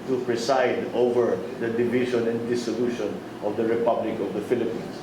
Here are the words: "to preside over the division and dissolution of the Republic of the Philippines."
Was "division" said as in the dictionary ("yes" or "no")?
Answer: no